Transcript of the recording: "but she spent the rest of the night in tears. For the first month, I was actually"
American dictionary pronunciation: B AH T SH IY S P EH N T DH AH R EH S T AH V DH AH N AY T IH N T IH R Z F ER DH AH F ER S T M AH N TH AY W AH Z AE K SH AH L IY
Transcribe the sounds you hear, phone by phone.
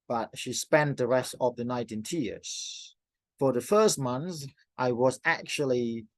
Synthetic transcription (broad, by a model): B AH T SH IY S P EH N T DH AH R EH S T AH V DH AH N AY T IH N T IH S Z F ER DH AH F ER S T M AH N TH AY W AH Z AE K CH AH L IY